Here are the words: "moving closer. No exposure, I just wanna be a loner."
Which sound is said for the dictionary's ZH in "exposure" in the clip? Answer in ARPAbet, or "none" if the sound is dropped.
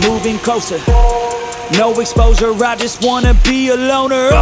Z